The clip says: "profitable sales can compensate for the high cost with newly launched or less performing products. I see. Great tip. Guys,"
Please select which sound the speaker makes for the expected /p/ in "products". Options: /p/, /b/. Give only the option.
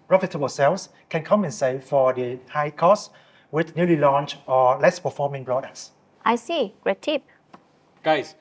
/b/